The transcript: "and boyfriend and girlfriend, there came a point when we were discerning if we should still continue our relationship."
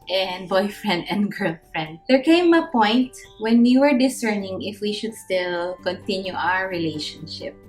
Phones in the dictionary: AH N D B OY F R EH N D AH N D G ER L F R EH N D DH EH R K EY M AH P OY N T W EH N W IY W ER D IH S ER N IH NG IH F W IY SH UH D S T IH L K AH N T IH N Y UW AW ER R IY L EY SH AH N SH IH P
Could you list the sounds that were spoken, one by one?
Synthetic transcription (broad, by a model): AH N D B OY F R EH N D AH N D G ER L F R EH N D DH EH R K EY M AH P OY N T W EH N W IY W ER D IH S ER N IH NG IH F W IY SH UH D S T IH L K AH N T IH N Y UW AW ER R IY L EY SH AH N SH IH P